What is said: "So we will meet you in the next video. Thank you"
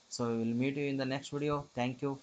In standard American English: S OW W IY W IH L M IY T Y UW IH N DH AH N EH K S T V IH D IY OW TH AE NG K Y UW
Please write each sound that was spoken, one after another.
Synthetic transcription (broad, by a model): S OW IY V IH L M IY T Y UW IH N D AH N EH K S T V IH D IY OW T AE NG K Y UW